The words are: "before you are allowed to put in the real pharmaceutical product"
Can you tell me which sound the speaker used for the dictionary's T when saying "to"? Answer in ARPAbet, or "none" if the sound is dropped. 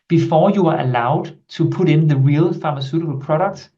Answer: S